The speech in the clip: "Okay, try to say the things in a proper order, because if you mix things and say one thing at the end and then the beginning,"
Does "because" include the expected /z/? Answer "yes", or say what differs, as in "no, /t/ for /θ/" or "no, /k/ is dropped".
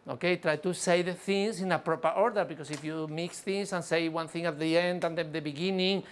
no, /s/ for /z/